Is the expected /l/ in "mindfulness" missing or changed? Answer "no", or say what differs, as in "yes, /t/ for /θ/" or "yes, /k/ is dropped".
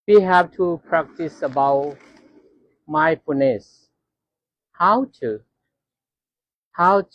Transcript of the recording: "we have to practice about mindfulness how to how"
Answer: yes, /l/ is dropped